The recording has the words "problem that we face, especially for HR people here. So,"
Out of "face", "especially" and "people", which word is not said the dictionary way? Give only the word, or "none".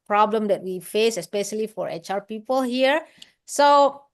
none